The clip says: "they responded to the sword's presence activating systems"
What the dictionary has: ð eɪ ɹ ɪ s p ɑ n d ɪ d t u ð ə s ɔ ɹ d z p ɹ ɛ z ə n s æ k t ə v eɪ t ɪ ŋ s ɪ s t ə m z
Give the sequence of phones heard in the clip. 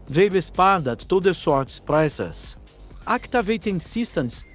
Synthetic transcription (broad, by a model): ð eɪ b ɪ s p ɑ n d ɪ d t u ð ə s ɔ ɹ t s p ɹ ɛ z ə s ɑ k t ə v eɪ t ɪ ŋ s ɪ s t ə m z